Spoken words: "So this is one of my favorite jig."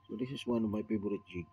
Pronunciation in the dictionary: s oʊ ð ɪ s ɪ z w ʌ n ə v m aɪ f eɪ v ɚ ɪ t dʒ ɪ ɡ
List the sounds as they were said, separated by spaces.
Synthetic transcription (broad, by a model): s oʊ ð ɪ s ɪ s w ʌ n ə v m aɪ p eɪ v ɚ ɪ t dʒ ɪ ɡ